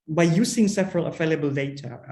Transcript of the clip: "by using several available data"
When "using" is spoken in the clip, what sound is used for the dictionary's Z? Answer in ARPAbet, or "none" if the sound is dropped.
S